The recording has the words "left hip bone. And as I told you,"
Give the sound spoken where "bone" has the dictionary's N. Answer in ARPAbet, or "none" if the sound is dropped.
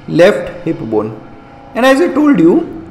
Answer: N